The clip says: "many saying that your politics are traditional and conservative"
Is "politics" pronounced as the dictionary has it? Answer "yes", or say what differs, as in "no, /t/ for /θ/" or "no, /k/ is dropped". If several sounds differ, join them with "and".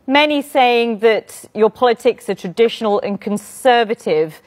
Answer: yes